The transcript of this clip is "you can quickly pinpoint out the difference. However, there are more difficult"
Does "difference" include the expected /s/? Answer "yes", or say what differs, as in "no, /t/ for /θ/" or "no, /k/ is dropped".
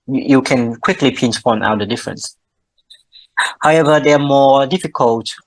yes